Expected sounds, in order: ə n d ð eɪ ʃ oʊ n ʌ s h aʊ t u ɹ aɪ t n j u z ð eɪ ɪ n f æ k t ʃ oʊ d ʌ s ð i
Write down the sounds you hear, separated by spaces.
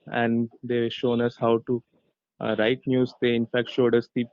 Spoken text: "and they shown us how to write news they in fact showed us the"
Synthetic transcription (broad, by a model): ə n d eɪ ʃ oʊ n ʌ s h aʊ t u ɹ aɪ t n j u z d eɪ ɪ n f æ k t ʃ oʊ d ʌ s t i